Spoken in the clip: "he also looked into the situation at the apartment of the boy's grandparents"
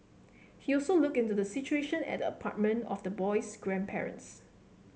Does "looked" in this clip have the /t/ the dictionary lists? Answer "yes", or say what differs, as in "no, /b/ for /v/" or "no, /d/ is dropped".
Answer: no, /t/ is dropped